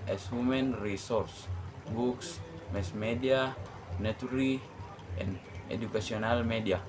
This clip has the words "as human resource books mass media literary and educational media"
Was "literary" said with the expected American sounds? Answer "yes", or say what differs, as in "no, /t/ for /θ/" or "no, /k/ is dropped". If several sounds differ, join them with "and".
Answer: no, /n/ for /l/